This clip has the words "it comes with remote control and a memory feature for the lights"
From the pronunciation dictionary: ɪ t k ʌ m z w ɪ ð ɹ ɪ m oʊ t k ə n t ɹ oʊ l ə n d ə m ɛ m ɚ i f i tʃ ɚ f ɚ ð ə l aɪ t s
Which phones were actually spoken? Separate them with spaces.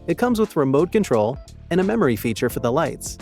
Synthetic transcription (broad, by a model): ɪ t k ʌ m z w ɪ ð ɹ ɪ m oʊ t k ə n t ɹ oʊ l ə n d ə m ɛ m ɚ i f i tʃ ɚ f ɚ ð ə l aɪ t s